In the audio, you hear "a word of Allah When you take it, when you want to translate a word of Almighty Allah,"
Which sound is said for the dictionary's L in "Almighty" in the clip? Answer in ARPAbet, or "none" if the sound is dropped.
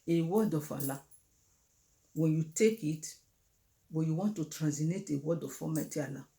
none